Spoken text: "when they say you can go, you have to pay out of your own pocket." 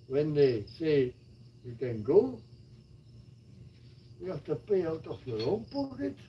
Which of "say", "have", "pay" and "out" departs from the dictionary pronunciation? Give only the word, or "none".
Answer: have